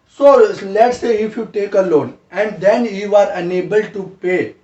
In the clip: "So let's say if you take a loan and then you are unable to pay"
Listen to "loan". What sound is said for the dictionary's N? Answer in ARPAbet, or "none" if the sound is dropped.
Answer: N